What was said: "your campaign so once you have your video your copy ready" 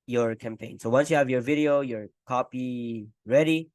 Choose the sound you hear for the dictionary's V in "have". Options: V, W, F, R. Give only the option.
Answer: V